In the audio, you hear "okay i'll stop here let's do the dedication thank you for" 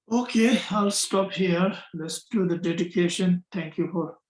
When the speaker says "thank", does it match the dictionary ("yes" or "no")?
no